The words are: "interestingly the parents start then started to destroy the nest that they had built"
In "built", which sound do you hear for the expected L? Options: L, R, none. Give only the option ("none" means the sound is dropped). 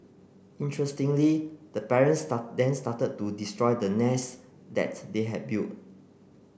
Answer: none